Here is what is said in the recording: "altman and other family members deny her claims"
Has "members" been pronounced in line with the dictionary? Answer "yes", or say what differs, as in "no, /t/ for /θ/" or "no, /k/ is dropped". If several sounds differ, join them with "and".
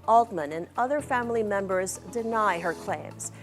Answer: yes